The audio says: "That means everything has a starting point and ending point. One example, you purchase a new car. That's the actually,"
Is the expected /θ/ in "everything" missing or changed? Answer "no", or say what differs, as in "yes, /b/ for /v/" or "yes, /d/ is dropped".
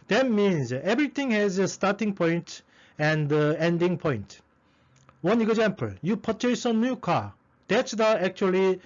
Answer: yes, /t/ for /θ/